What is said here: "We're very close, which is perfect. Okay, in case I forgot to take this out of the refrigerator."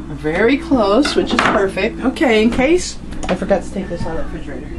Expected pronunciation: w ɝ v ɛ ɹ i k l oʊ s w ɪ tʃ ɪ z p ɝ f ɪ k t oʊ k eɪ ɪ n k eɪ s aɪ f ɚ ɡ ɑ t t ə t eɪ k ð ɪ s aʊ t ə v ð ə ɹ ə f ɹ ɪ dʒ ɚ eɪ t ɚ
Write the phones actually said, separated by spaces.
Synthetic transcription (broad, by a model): v ɛ ɹ i k l oʊ s w ɪ tʃ ɪ z p ɝ f ɪ k t oʊ k eɪ ɪ n k eɪ s aɪ f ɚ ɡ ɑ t t ə t eɪ k ð ɪ s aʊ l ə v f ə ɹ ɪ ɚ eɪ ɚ